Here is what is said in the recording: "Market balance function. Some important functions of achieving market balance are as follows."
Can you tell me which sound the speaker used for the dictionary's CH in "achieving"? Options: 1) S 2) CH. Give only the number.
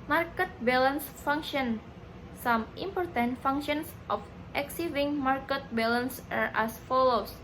1